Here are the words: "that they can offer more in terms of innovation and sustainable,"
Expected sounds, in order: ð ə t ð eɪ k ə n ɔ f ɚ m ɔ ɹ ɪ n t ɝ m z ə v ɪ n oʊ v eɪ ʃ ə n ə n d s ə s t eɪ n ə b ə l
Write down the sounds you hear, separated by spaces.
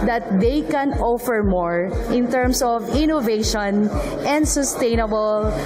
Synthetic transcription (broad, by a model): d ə t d eɪ k ə n ɔ f ɚ m ɔ ɹ ɪ n t ɝ m s ə v ɪ n oʊ v eɪ ʃ ə n ə n d s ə s t eɪ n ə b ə l